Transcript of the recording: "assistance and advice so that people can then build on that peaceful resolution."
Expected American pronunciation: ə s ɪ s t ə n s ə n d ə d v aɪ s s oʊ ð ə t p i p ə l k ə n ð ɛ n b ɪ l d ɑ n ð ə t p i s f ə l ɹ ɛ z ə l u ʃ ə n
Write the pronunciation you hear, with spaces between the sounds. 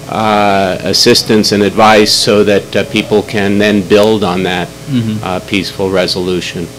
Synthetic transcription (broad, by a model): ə s ɪ s t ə n s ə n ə d v aɪ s s oʊ ð ə t p i p l k ə n ð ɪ n b ɪ l d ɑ n ð ə t p i s f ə l ɹ ɛ z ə l u ʃ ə n